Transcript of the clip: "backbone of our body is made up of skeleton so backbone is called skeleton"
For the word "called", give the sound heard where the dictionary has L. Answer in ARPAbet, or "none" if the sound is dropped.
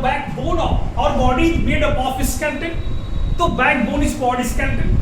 none